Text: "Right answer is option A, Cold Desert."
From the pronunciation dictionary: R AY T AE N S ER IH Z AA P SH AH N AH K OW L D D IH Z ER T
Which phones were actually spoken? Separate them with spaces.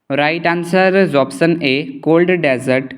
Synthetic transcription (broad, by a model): R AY T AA N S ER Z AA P S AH N AH K OW L D D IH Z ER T